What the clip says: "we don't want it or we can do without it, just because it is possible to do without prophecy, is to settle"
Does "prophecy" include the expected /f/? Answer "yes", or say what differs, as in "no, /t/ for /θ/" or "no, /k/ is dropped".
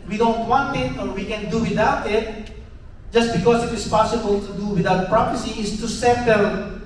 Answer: no, /p/ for /f/